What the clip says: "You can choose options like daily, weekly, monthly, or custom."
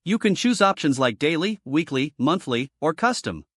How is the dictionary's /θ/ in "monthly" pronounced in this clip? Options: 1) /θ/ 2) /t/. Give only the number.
1